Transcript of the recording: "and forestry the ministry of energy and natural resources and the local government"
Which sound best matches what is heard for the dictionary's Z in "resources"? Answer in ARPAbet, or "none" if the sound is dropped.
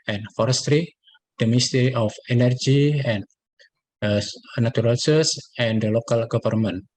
S